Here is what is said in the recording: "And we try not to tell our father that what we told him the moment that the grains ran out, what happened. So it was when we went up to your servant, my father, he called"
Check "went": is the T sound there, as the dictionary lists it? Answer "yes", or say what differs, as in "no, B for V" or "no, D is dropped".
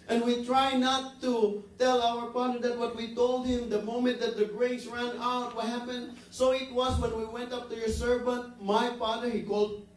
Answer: yes